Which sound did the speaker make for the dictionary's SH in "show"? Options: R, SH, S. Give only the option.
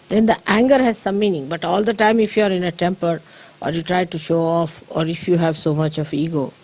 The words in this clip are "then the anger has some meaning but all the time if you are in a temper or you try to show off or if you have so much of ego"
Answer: SH